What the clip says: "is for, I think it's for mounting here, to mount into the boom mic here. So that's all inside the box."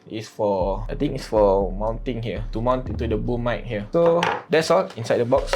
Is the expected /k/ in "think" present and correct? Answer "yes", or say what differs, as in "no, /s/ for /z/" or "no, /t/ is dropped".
no, /k/ is dropped